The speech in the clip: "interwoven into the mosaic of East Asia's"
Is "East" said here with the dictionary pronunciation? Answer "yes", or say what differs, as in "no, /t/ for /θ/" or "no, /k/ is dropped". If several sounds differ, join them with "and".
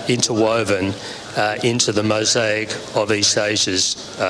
no, /t/ is dropped